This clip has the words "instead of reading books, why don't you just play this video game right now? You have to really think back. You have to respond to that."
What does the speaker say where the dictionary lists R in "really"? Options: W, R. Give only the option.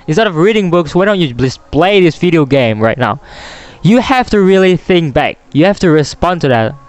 R